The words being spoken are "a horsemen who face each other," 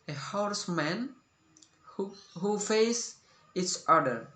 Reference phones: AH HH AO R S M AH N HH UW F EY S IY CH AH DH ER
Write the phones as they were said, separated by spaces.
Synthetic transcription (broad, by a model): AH HH AO R S M AH N HH UW F EY S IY S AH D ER